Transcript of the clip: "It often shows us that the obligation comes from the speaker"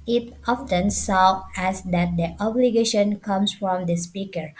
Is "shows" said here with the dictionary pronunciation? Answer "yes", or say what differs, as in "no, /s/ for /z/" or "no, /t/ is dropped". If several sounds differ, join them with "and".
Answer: no, /s/ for /ʃ/ and /z/ is dropped